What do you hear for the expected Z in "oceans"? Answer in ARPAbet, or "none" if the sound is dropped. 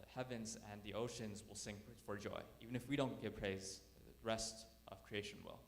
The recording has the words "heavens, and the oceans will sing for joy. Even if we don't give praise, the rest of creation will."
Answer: Z